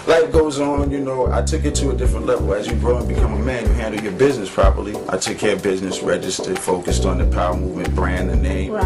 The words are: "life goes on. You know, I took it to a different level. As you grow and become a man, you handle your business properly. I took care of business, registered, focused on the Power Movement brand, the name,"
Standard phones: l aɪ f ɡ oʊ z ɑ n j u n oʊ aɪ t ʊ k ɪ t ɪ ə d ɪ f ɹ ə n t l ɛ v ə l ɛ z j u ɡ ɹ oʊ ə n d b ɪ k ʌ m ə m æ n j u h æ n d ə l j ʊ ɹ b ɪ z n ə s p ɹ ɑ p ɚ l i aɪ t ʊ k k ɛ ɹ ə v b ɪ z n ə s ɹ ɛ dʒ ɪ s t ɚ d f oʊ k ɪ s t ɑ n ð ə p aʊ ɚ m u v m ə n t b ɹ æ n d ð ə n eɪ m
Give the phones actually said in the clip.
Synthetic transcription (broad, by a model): l aɪ ɡ oʊ z n j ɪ n oʊ aɪ t ʊ k ɪ t ɪ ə d ɪ f ɹ ə n t l ɛ v l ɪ z j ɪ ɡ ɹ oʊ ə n b ɪ k ʌ m ə m æ n j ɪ h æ n d l j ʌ ɹ b ɪ z n ə s p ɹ ɑ p ɚ l i aɪ t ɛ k k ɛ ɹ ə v b ɪ z n ə s ɹ ɛ dʒ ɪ s t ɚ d f oʊ k ɪ s t n ð ə p aʊ ɚ m u v m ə n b ɹ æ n ð ə n eɪ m